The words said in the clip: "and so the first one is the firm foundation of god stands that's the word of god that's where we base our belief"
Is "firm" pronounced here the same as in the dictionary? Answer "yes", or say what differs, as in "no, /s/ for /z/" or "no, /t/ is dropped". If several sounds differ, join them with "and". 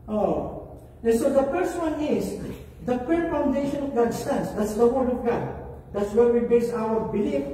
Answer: no, /p/ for /f/